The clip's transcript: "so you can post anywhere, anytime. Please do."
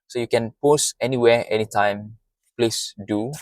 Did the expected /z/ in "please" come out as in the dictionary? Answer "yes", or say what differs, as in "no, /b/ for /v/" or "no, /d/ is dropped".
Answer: no, /s/ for /z/